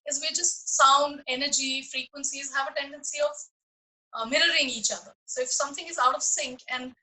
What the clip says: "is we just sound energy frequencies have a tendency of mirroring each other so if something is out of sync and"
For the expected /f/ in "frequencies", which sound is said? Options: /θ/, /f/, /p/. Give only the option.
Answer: /f/